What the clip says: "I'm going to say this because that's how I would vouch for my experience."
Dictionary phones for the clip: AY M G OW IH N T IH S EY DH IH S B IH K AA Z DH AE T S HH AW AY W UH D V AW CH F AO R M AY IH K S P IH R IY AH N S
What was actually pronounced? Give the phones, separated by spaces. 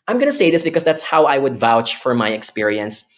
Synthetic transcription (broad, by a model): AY M G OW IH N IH S EY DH IH S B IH K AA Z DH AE T S HH AW AY W UH D V AW CH F AO R M AY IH K S P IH R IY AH N S